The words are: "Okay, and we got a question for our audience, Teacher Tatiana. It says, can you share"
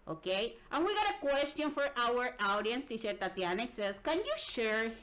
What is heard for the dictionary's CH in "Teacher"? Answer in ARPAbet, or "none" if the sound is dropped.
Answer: SH